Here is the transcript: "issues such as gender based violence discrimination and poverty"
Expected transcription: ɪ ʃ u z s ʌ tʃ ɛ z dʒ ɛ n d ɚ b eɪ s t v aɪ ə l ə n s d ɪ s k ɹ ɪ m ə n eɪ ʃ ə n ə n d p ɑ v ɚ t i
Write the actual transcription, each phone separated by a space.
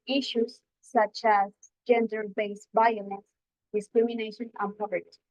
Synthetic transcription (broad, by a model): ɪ ʃ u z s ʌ tʃ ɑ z dʒ ɛ n d ɚ b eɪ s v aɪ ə n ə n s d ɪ s k ɹ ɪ m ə n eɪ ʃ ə n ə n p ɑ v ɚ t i